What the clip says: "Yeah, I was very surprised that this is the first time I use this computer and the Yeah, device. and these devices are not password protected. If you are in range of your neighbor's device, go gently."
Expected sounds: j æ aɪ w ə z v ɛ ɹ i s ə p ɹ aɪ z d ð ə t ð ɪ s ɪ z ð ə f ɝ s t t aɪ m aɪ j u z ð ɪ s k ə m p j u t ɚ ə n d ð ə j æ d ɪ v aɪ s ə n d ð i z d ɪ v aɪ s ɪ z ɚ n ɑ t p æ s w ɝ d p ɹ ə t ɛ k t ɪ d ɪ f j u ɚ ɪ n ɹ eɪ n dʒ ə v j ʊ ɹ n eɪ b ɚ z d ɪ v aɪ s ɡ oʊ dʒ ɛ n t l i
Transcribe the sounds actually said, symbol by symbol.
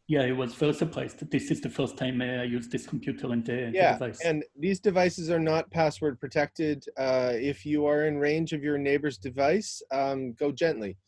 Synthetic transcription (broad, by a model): j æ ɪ w ə z f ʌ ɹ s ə p l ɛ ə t ð ɪ s ɪ z ð ə f ɝ s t t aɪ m aɪ j u z ð ɪ s k m p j u t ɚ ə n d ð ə j æ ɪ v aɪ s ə n ð i z d ɪ v aɪ s ɪ z ɚ n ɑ t p æ s w ɝ d p ɹ ə t ɛ k t ɪ d ɪ f j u ɚ ɪ n ɹ eɪ n dʒ ə v j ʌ ɹ n eɪ b ɚ z d ɪ v aɪ s ɡ oʊ dʒ ɛ n t l i